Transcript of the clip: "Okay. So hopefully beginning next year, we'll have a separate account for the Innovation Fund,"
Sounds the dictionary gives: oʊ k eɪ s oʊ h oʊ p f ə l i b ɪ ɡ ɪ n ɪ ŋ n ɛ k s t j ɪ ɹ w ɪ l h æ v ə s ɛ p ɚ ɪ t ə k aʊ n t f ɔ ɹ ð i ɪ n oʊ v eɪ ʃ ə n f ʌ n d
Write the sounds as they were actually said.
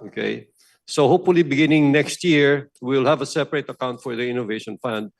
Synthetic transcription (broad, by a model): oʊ k eɪ s oʊ h oʊ p f ə l i b ɪ ɡ ɪ n ɪ ŋ n ɛ k s t j ɪ ɹ w ɪ l h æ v ə s ɛ p ɚ ɪ t ə k aʊ n t f ɔ ɹ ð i ɪ n oʊ v eɪ ʃ ə n f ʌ n d